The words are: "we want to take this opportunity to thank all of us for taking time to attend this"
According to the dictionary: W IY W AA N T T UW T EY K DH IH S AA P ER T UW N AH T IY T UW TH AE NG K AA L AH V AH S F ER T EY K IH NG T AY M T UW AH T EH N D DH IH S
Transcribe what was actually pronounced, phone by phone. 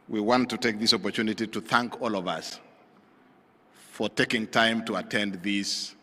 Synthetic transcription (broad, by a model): W IY W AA N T T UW T EY K DH IH S AA P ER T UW N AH T IY T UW TH AE NG K AA L AH V AH S F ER T EY K IH NG T AY M T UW AH T EH N D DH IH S